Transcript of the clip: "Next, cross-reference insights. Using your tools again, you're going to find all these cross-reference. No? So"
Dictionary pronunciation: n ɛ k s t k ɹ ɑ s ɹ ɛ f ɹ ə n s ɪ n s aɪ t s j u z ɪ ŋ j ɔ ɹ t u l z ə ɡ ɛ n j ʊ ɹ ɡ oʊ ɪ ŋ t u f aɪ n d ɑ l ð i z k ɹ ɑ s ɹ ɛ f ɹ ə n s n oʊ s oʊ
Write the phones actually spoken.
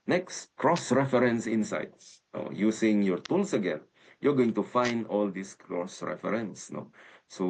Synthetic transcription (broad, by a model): n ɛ k s t k ɹ ɑ s ɹ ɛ f ɹ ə n s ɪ n s aɪ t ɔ j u s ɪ ŋ j ɔ ɹ t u l s ə ɡ ɛ n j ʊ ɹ ɡ oʊ ɪ ŋ t u f aɪ n d ɑ l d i s k ɹ ɑ s ɹ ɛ f ɹ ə n s n oʊ s oʊ